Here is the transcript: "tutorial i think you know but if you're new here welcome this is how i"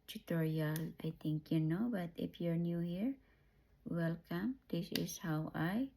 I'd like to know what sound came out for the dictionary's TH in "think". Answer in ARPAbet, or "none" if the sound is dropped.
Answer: T